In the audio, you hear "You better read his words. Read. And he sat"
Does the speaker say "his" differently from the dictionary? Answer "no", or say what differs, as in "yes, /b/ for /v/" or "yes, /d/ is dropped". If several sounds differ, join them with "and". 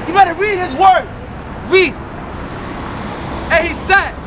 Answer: no